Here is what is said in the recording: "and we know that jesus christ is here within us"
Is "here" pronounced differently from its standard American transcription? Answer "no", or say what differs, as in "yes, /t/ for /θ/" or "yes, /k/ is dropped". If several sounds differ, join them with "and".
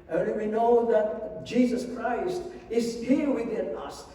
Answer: yes, /l/ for /ɹ/